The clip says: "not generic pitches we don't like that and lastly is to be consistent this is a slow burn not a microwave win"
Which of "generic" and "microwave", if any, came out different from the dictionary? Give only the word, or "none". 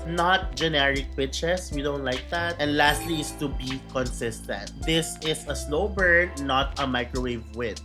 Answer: none